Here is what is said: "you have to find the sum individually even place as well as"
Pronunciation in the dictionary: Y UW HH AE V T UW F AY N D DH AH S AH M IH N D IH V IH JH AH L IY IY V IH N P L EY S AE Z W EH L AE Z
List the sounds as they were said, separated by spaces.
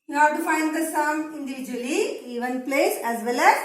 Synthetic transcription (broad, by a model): Y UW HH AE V T UW F AY N D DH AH S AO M IH N D IH V IH JH AH L IY IY V IH N P L EY S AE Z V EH L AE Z